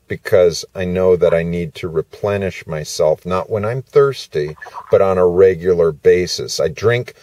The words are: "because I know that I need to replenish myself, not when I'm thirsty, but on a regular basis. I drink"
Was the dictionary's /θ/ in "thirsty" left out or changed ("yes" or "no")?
no